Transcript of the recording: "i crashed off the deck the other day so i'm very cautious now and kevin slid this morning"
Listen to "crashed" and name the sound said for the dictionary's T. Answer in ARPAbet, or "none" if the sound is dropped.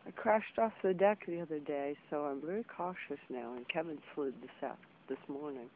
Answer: T